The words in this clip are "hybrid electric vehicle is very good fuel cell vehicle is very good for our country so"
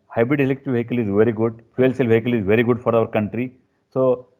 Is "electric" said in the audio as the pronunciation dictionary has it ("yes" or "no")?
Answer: no